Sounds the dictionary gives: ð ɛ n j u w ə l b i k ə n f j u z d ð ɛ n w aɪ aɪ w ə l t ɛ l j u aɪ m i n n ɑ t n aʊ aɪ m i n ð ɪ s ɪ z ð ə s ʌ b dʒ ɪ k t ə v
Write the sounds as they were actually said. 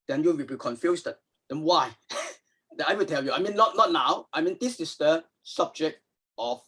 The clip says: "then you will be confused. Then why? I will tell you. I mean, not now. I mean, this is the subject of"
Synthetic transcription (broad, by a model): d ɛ n j u w ə l b i k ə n f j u s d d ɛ n w aɪ aɪ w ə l t ɛ l j u aɪ m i n n ɑ t n aʊ aɪ m i n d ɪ s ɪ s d ə s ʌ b dʒ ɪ k t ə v